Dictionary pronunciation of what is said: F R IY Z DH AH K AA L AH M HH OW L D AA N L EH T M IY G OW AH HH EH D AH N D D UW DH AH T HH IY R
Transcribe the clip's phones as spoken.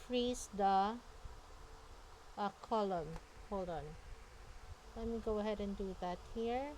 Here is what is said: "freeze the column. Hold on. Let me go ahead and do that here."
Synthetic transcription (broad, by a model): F R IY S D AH K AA L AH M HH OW L AA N L EH T M IY G OW AH HH EH D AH N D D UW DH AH T HH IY R